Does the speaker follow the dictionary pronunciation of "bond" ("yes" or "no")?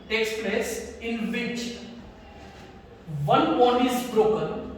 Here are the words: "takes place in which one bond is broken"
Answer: no